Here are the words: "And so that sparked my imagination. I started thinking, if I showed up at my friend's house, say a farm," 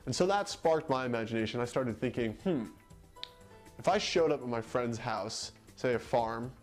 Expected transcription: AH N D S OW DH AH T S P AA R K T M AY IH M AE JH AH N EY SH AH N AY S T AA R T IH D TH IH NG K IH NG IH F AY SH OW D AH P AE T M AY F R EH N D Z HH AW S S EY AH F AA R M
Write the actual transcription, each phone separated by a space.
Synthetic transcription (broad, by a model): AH N S OW DH AH T S P AA R K T M AY IH M AE JH AH N EY SH AH N AY S T AA R T IH D TH IH NG K IH NG IH F AY SH OW D AH P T M AY F R EH N D Z HH AW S S EY AH F AA R M